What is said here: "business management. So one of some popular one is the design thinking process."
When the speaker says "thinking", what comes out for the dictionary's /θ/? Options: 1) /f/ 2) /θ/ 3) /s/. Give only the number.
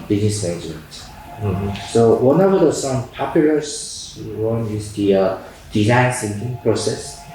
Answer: 3